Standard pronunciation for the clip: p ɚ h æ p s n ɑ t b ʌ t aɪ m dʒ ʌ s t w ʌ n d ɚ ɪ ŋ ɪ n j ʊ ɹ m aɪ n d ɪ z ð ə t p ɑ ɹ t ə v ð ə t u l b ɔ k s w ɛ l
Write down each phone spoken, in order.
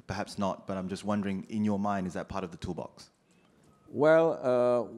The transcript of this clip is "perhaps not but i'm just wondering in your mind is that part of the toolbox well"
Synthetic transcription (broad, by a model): p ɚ h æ p s n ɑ t b ʌ t aɪ m dʒ ʌ s t w ʌ n d ɚ ɪ ŋ ɪ n j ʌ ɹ m aɪ n d ɪ z ð ə t p ɑ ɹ t ə v ð ə t u l b ɔ k s w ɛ l